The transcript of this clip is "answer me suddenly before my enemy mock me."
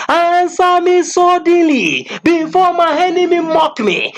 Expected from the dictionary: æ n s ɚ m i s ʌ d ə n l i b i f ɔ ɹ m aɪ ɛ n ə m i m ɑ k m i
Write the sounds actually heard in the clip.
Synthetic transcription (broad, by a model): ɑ n s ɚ m i s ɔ d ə l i b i f ɔ m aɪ ɛ n ə m i m ɑ k m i